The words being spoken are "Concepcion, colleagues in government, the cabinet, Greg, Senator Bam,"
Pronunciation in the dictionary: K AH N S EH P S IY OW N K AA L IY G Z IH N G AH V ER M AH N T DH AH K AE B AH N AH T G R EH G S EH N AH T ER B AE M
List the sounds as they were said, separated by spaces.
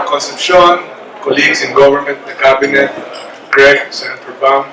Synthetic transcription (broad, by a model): K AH N S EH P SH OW N K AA L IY G S IH N G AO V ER M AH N T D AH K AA B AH N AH T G R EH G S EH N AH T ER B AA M